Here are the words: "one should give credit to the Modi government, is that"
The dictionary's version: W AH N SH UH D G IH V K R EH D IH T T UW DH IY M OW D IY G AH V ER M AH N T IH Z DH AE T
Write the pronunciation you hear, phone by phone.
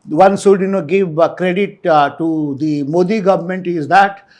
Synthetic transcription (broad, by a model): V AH N S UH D G IH V K R EH D IH T T UW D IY M OW D IY G AH V ER M AH N T IH Z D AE T